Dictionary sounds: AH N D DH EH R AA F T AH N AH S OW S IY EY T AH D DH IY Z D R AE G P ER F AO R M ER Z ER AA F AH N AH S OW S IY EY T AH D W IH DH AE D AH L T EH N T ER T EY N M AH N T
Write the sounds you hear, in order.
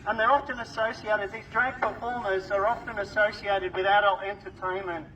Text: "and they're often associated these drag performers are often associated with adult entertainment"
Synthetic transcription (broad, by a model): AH N DH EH R AA F T AH N AH S OW S IY EY T AH D DH IY Z D R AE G P ER F AO R M ER Z ER AA F AH N AH S OW S IY EY T AH D W IH DH AE D AH L T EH N T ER T EY N M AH N T